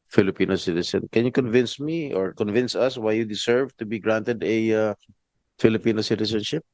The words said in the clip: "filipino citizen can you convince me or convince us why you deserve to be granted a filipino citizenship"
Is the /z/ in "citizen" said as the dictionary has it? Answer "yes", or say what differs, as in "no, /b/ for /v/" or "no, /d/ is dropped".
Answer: no, /s/ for /z/